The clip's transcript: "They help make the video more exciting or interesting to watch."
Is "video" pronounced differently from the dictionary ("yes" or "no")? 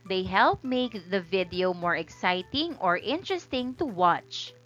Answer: no